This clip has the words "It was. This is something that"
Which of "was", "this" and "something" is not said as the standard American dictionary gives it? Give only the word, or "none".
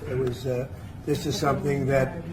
none